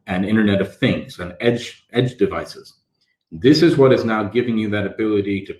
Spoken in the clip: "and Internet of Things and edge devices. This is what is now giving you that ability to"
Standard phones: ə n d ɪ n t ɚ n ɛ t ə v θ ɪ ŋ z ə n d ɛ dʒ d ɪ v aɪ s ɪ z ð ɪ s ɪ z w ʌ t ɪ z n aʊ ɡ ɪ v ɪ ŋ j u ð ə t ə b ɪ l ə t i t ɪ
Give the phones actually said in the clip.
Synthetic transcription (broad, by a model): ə n ɪ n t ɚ n ɛ t ə v θ ɪ ŋ z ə n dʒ ɛ dʒ d ɪ v aɪ s ɪ z ð ɪ s ɪ z w ʌ t ɪ z n aʊ ɡ ɪ v ɪ ŋ j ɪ ð ə t ə b ɪ l ə t i t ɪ